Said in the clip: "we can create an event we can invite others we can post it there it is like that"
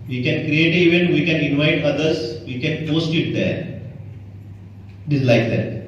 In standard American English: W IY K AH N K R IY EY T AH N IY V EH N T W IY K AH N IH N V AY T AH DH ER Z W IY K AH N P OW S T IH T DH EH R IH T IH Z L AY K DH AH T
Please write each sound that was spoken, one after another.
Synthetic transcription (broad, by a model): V IY K AH N K R IY EY T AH IY V EH N T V IY K AH N IH N V AY T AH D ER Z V IY K AH N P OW S T IH T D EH R IH T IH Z L AY K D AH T